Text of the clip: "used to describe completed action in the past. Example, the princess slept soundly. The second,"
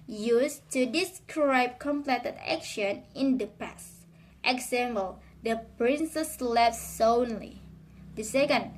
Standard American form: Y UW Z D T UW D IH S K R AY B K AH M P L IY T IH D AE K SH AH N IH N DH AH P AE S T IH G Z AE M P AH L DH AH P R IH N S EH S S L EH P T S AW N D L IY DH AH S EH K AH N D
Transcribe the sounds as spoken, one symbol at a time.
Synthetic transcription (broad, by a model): Y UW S T UW D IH S K R AY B K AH M P L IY T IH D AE K SH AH N IH N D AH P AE S T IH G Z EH M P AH L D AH P R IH N S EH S S L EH F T S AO N L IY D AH S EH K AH N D